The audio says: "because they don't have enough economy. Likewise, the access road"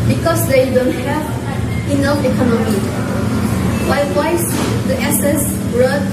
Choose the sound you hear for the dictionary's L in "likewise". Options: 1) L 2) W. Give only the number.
2